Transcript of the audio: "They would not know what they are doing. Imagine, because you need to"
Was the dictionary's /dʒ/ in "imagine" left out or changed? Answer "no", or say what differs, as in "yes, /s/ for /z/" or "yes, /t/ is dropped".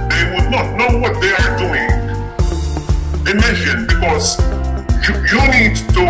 yes, /ʃ/ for /dʒ/